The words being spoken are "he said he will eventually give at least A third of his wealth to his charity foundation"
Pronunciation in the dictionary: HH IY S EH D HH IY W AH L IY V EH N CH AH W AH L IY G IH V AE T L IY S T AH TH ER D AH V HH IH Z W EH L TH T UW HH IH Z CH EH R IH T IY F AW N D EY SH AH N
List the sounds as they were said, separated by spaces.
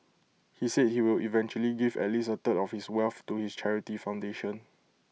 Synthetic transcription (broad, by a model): HH IY S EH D HH IY W AH L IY V EH N CH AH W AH L IY G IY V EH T L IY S AH T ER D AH F HH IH S W EH L F T UW HH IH S CH EH R IH T IY F AW N D EY SH AH N